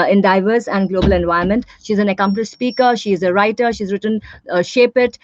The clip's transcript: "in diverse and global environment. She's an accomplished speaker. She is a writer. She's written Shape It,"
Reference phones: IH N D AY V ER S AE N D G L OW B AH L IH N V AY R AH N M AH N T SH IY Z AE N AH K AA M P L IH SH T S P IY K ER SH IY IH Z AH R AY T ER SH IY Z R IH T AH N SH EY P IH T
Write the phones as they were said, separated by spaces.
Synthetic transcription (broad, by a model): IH N D AY V ER S AE N D G L OW B AH L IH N V AY AH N M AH N T SH IY Z AE N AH K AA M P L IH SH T S P IY K ER SH IY IH Z AH R AY T ER SH IY Z R IH T AH N SH EY P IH T